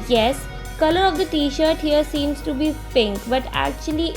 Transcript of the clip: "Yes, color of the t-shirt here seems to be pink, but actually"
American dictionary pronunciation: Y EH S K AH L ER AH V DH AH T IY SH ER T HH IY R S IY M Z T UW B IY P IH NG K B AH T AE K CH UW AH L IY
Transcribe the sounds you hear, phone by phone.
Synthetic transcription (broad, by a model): Y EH S K AH L ER AH V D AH T IY SH ER T HH IY R S IY M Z T UW B IY F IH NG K B AH T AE K CH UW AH L IY